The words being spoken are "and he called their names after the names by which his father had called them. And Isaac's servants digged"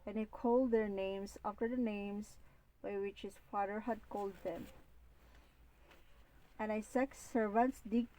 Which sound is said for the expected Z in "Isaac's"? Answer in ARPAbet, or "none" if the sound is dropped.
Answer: S